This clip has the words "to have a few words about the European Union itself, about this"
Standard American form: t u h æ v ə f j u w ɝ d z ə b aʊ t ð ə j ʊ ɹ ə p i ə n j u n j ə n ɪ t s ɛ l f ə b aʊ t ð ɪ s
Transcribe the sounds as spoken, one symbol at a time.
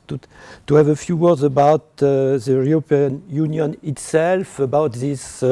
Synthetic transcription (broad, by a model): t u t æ v ə f j u w ɝ d z ə b aʊ t ð ə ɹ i ə p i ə n j u n j ə n ɪ t s ɛ l f ə b aʊ t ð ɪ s